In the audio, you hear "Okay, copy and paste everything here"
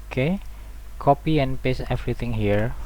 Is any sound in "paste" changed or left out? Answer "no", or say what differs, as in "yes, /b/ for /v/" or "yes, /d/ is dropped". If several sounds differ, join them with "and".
yes, /t/ is dropped